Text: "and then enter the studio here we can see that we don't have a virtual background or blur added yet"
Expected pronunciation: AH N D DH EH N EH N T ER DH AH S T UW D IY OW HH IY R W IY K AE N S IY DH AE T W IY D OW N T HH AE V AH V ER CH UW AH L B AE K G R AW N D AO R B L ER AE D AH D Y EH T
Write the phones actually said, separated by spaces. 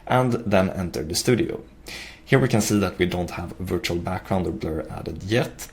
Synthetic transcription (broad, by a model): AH N DH EH N EH N T ER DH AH S T UW D IY OW HH IY R W IY K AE N S IY DH AE T W IY D OW N T HH AE V AH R CH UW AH L B AE K G R AW N D AO R B L ER AE D AH D Y EH T